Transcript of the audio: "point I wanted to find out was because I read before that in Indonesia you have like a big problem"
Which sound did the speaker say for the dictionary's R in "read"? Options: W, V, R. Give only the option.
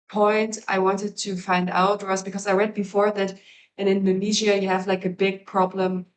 R